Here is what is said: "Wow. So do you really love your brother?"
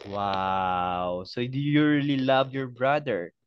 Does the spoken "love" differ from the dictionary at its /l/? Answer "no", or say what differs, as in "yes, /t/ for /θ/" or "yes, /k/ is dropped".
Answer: no